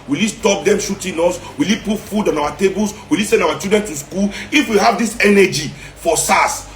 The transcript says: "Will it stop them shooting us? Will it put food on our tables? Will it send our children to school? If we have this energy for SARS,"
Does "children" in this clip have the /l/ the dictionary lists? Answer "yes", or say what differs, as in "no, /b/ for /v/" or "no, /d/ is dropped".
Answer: no, /l/ is dropped